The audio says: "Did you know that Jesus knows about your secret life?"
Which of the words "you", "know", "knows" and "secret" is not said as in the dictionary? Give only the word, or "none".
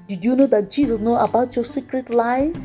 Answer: knows